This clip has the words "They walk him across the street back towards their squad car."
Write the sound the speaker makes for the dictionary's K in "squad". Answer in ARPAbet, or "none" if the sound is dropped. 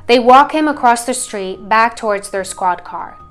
K